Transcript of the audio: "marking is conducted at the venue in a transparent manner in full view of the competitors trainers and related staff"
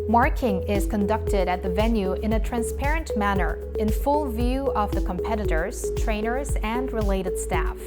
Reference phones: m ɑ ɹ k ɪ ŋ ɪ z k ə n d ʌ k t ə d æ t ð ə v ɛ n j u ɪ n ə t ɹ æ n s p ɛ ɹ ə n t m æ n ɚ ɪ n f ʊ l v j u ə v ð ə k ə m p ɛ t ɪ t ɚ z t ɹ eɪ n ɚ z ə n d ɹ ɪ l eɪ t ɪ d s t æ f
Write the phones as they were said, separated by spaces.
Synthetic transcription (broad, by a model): m ɑ ɹ k ɪ ŋ ɪ z k ə n d ʌ k t ə d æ t ð ə v ɛ n j u ɪ n ə t ɹ æ n s p ɛ ɹ ə n t m æ n ɚ ɪ n f ʊ l v j u ə v ð ə k ə m p ɛ t ɪ t ɚ z t ɹ eɪ n ɚ z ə n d ɹ ɪ l eɪ t ɪ d s t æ f